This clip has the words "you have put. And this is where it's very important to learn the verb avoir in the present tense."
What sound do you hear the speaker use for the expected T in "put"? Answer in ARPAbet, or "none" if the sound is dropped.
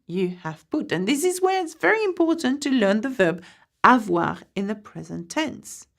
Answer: T